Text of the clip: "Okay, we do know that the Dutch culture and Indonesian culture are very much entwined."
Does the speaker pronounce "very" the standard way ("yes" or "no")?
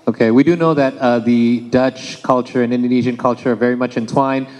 yes